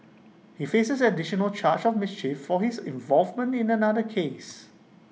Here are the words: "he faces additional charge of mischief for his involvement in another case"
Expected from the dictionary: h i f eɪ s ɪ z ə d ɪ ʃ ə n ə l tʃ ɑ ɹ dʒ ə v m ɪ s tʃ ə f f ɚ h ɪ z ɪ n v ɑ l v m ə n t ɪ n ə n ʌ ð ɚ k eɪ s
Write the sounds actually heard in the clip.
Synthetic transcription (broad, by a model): h i f eɪ s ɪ s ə d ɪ ʃ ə n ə l tʃ ɑ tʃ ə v m ɪ s tʃ ə f f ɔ h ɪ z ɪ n v ɑ l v m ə n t ɪ n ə n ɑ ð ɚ k eɪ s